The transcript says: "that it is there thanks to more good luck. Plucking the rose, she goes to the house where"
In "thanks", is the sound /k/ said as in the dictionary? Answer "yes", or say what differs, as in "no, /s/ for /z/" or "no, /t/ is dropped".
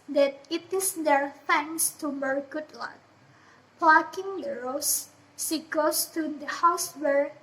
no, /k/ is dropped